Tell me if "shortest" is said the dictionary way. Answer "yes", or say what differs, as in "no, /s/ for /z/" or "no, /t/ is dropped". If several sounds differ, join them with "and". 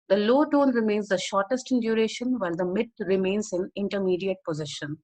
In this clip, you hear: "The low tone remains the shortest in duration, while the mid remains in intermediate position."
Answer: yes